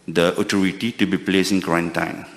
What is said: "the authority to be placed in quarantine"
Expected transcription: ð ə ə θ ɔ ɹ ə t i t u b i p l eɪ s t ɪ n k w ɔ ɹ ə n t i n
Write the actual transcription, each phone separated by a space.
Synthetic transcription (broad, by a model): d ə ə t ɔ ɹ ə t i t u b i p l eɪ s ɪ n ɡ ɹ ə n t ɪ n